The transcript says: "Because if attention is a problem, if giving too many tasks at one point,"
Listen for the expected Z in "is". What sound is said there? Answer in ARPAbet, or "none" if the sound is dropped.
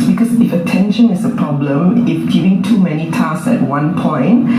S